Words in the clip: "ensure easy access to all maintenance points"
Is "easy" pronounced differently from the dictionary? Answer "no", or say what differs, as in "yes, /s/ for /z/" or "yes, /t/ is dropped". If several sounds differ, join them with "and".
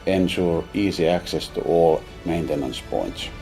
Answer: yes, /s/ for /z/